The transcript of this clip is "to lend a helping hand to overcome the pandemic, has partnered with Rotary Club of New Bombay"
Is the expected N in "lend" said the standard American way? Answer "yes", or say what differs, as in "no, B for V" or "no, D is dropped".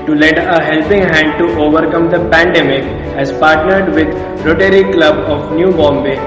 no, N is dropped